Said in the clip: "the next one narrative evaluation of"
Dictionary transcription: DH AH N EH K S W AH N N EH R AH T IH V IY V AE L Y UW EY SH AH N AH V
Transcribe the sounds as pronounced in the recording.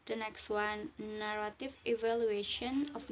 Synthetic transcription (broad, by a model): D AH N EH K S W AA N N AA R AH T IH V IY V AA L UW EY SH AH N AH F